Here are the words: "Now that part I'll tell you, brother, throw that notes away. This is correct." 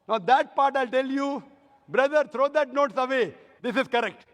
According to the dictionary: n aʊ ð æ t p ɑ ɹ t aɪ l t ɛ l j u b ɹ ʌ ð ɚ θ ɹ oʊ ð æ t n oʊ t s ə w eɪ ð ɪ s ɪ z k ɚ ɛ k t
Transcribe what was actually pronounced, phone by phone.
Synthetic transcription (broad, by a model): n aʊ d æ t p ɑ ɹ t aɪ l t ɛ l j u b ɹ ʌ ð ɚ t ɹ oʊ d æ t n oʊ t s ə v eɪ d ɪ s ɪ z k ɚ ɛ k t